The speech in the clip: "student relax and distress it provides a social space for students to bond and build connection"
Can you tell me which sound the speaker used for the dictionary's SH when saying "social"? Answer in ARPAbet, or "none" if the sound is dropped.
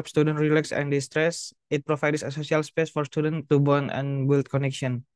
S